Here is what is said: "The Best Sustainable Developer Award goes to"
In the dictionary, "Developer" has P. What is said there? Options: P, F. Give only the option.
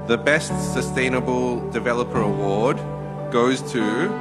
P